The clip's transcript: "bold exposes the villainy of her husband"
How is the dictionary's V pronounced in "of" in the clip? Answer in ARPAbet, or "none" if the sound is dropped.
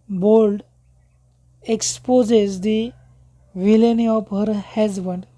P